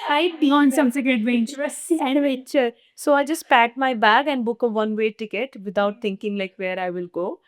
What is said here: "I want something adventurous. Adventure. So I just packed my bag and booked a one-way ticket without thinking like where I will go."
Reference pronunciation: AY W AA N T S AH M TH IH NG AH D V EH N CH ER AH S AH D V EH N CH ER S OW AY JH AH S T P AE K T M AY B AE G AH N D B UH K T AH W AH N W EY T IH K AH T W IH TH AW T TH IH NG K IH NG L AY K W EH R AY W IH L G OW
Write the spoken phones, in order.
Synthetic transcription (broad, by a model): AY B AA N S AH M S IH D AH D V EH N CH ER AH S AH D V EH CH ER S OW AY JH AH S T P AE T M AY B AE G AH N D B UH K AH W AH N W EY T IH K AH T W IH T AW T T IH NG K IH NG L AY K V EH R AY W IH L G OW